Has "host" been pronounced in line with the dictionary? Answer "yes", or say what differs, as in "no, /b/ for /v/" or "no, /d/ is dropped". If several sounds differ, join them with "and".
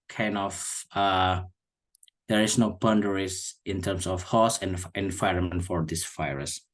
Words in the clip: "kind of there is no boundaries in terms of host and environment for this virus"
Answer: no, /t/ is dropped